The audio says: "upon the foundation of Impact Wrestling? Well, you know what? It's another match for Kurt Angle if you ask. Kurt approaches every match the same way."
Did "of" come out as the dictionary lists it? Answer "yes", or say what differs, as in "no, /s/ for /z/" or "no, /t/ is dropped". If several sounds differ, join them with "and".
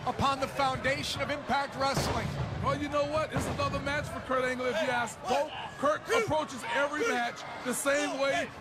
yes